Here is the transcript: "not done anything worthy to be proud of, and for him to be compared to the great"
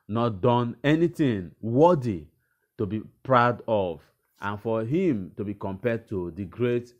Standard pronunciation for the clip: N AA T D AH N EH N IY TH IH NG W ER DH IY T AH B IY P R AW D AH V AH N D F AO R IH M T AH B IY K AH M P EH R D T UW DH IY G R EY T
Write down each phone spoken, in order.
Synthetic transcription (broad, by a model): N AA T D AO N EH N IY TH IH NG W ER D IY T AH B IY P R AW D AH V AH N F AO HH IH M T AH B IY K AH M P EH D T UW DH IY G R EY T